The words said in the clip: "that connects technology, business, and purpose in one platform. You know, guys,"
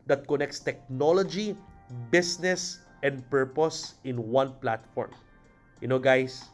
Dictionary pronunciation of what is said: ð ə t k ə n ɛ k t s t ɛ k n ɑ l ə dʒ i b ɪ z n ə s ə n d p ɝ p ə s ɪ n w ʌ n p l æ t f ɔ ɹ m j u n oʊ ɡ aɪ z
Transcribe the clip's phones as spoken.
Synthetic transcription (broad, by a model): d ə t k ə n ɛ k t s t ɛ k n ɑ l ə dʒ i b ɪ s n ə s ə n d p ɝ p ə s ɪ n w ʌ n p l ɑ t f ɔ ɹ m j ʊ n oʊ ɡ aɪ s